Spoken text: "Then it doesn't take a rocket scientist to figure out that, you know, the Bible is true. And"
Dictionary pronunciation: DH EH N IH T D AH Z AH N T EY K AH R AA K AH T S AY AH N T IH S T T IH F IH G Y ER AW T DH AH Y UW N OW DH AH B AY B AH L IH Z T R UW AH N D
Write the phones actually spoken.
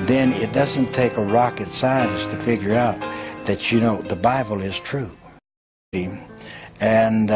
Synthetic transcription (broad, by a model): DH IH N IH T D AH Z AH N T EY K AH R AA K AH T S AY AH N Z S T T IH F IH G Y ER AW T DH AH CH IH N OW DH AH B AY B L IH Z T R UW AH N